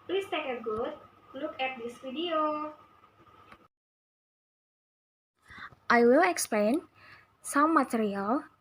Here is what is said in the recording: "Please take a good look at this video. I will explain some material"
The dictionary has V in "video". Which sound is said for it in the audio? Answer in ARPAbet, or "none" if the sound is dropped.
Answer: F